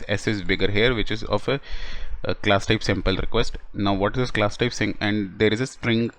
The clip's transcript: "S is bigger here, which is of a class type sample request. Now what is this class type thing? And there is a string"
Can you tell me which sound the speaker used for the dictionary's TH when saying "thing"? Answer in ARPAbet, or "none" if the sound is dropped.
S